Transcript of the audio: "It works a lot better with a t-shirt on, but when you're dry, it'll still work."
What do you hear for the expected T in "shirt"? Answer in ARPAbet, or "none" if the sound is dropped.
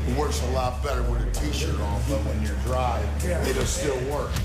none